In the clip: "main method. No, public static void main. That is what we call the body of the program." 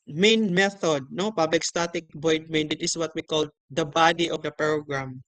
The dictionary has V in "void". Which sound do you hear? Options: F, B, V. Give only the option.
B